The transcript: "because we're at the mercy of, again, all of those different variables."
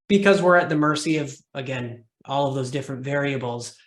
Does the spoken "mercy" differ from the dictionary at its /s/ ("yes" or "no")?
no